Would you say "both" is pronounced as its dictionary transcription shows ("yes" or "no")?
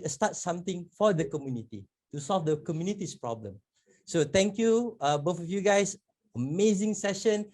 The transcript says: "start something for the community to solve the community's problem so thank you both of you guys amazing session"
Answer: no